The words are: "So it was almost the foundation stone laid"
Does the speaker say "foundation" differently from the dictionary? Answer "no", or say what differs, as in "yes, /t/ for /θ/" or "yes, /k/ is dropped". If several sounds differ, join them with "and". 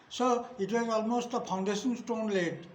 yes, /p/ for /f/